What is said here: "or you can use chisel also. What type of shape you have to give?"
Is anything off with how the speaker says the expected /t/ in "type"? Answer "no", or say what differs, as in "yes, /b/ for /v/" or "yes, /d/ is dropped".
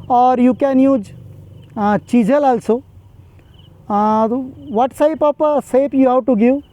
yes, /s/ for /t/